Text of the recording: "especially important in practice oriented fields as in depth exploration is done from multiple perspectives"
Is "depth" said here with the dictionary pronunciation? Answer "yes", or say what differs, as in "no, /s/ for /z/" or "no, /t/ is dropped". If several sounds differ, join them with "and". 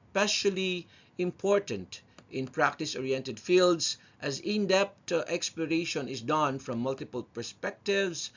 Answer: no, /t/ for /θ/